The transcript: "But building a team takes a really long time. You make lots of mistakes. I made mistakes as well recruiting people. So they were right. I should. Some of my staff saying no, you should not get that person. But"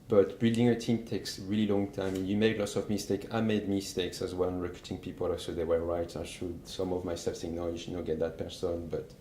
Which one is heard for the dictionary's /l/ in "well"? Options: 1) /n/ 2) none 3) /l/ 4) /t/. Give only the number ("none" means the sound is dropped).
1